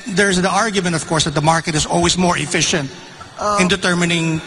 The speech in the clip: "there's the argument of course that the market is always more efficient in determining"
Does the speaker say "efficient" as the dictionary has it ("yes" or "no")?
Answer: yes